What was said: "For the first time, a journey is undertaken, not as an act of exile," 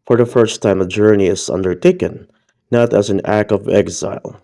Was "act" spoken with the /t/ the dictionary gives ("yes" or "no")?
no